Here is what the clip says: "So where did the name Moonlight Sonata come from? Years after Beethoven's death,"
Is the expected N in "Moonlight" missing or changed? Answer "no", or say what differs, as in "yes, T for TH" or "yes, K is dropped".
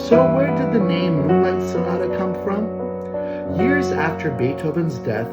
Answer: yes, N is dropped